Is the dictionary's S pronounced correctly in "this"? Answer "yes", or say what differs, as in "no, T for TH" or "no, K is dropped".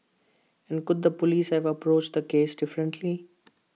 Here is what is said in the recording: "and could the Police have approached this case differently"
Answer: no, S is dropped